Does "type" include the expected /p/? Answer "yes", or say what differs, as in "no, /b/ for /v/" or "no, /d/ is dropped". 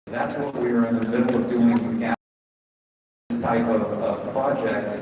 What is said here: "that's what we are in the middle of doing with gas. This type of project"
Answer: yes